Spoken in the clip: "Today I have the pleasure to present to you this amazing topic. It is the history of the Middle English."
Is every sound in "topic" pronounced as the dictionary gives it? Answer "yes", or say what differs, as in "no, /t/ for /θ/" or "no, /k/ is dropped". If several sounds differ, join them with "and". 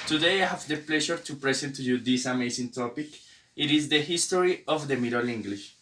yes